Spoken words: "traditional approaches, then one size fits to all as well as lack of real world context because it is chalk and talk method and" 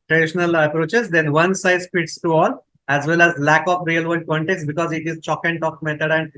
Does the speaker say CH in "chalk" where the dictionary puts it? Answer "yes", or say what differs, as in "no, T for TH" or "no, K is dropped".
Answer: yes